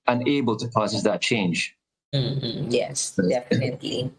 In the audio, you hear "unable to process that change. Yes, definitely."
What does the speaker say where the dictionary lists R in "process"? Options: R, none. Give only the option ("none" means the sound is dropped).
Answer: none